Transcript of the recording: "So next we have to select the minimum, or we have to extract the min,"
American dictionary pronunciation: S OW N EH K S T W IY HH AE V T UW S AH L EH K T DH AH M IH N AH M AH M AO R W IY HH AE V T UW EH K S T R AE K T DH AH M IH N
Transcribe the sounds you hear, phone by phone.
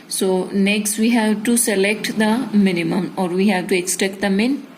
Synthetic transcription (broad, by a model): S OW N EH K S T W IY HH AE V T UW S AH L EH K T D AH M IH N AH M AH M AO R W IY HH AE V T UW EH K S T EH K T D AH M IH N